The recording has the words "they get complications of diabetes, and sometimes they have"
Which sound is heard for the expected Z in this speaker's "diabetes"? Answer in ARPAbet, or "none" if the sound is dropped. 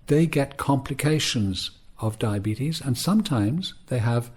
Z